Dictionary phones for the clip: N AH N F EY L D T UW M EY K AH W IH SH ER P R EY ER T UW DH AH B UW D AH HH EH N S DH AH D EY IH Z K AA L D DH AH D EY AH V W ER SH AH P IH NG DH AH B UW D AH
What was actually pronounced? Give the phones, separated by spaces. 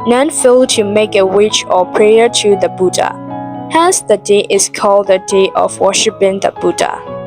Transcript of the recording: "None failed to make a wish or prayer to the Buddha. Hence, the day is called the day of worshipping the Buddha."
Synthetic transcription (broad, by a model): N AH N F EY L T UW M EY K AH W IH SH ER P R EY ER T UW DH AH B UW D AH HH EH S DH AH D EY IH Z K AA L D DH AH D EY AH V W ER SH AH P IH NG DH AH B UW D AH